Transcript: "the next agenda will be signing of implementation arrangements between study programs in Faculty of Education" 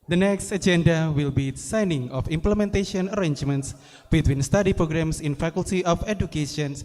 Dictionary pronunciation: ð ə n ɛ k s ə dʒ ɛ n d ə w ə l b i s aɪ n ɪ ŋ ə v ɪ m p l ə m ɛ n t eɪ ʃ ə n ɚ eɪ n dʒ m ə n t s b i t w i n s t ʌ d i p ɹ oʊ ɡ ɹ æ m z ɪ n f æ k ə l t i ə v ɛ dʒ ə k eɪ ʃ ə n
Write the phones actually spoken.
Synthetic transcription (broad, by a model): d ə n ɛ k s ə dʒ ɛ n d ə w ə l b i s aɪ n ɪ ŋ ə f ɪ m p l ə m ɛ n t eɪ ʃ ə n ɚ eɪ n dʒ m ə n t s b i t w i n s t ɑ d i p ɹ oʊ ɡ ɹ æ m s ɪ n f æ k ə l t i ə f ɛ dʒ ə k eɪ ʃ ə n